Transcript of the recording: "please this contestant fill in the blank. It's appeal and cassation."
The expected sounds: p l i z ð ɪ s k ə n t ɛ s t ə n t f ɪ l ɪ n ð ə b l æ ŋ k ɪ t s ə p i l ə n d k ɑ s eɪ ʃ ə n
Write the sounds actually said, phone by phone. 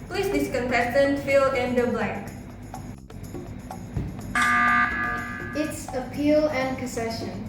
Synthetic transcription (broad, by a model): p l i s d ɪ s k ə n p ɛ t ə n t f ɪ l ɪ n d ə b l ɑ k ɪ t s ə p i l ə n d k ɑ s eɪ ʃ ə n